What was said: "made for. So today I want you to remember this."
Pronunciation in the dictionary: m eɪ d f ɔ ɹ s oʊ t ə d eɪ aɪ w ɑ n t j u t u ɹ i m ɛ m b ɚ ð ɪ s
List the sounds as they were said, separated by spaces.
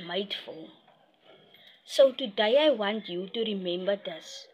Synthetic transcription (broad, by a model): m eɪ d f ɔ l s oʊ t ə d eɪ aɪ w ɑ n t j u t u ɹ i m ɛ m b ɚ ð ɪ s